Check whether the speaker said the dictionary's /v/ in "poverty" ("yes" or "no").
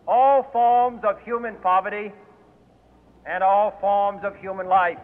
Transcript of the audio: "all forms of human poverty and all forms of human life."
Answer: yes